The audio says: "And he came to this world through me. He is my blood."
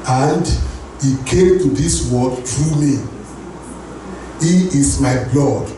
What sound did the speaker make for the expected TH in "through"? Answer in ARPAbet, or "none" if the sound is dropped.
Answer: T